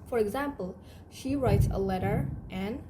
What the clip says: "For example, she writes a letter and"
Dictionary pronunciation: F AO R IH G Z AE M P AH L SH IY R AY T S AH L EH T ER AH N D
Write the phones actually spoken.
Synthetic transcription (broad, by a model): F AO R IH G Z AE M P AH L SH IY R AY T S AH L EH T ER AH N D